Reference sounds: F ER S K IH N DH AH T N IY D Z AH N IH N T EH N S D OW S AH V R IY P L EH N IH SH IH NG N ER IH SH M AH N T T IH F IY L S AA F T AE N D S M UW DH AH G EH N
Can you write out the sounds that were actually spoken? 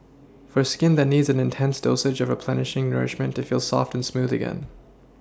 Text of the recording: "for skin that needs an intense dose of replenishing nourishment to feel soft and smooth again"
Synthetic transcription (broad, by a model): F ER S K IH N DH AH T N IY D Z AH N IH N T EH N S D OW S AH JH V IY P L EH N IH SH IH NG N ER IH SH M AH N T T IH F IY L S AA F T N S M UW DH AH G EH N